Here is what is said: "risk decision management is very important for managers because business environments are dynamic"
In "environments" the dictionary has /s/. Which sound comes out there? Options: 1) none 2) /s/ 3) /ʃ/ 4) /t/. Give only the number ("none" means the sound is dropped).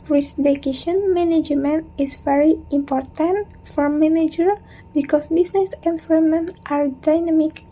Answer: 1